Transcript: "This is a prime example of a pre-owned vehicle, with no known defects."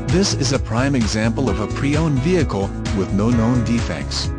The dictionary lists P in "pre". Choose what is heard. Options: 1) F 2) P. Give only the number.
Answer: 2